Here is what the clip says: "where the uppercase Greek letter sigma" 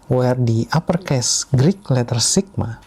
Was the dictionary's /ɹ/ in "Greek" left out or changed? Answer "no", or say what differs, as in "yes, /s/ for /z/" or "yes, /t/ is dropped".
no